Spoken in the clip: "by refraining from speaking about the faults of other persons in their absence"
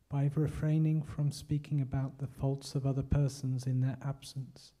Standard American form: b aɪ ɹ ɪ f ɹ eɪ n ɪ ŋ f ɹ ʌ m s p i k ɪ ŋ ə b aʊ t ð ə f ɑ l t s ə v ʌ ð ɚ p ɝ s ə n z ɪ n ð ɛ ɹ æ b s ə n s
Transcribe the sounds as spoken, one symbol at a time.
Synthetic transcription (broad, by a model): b aɪ ɹ ɪ f ɹ eɪ n ɪ ŋ f ɹ ʌ m s p i k ɪ ŋ ə b aʊ t ð ə f ɑ l t s ə v ʌ ð ɚ p ɝ s ə n z ɪ n ð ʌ ɹ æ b s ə n s